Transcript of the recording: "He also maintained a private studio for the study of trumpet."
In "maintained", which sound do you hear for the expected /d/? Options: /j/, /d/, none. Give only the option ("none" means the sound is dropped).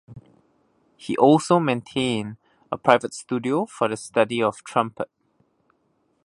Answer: none